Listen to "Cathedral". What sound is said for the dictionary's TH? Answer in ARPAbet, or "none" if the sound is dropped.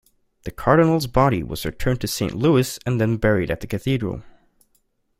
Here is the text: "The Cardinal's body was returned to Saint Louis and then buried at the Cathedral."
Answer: TH